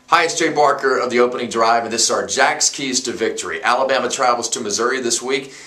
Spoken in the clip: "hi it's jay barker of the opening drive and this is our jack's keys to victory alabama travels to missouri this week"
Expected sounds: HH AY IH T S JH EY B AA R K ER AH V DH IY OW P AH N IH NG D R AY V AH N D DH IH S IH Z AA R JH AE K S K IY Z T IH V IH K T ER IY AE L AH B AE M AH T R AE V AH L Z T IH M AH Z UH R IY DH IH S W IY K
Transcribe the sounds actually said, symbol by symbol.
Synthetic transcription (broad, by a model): HH AY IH S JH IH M AA R K ER AH V DH IY OW P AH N IH NG D R AY V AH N DH IH S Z AA R JH AE K S K IY Z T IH V IH K T ER IY AE L AH B AE M AH T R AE V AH L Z T IH M AH Z UH R IY DH IH S W IY K